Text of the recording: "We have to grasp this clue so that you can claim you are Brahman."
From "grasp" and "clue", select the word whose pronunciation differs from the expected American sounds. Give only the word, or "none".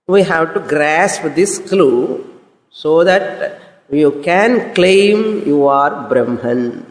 none